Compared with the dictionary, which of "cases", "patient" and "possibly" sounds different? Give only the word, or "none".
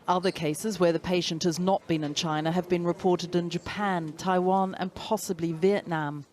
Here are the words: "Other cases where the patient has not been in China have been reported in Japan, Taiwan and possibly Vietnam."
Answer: none